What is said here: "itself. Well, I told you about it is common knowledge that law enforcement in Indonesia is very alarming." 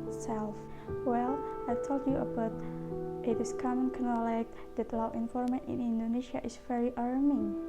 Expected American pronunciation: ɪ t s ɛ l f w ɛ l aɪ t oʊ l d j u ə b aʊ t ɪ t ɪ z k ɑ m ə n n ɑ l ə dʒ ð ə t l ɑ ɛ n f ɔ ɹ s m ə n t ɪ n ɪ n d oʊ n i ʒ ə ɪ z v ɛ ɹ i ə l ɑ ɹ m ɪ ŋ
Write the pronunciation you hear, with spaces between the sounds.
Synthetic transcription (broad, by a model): s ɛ l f w ɛ l aɪ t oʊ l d j u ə b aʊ t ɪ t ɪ s k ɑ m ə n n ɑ l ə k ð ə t l ɑ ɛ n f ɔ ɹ m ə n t ɪ n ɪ n d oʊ n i ʃ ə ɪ s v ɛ ɹ i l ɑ ɹ m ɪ ŋ